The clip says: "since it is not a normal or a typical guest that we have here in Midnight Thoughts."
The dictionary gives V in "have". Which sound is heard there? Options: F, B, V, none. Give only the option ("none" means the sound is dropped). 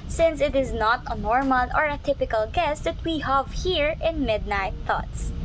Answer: V